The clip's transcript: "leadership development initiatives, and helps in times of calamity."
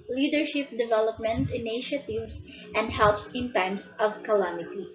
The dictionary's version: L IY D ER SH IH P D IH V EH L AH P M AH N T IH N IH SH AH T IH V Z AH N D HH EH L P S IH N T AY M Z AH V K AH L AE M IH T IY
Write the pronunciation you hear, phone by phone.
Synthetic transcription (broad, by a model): L IY D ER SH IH P D IH V EH L AH P M AH N T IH N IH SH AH T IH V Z AH N D HH EH L P S IH N T AY M S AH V K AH L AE M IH T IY